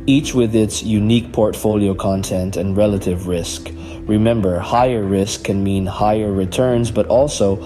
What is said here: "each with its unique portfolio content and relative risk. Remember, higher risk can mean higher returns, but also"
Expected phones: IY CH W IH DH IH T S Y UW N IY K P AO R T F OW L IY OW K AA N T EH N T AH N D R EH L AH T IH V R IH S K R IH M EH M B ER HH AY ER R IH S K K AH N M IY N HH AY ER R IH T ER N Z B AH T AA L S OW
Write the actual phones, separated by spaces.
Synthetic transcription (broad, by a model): IY CH W IH DH IH T S Y UW N IY K P AO R T F OW L IY OW K AA N T EH N T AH N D R EH L AH T IH V R IH S K R IH M EH M B ER HH AY ER R IH S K K AH N M IY N HH AY ER R IH T ER N Z B AH T AA L S OW